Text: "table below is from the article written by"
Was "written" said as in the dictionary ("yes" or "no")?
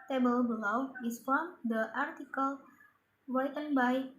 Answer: no